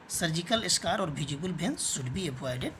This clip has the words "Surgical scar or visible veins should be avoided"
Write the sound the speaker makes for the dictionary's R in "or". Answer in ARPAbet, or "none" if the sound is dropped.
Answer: R